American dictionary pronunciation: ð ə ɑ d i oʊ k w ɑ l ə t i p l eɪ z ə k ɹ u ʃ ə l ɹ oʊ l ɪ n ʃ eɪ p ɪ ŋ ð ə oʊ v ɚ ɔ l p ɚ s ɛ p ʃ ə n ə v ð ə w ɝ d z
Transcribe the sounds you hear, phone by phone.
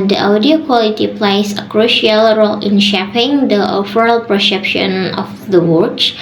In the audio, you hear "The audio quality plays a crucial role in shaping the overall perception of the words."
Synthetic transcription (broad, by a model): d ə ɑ d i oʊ k w ɑ l ə t i p l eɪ s ə k ɹ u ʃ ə l ɹ oʊ l ɪ n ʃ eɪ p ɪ ŋ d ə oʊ f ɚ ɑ l p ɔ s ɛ p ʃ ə n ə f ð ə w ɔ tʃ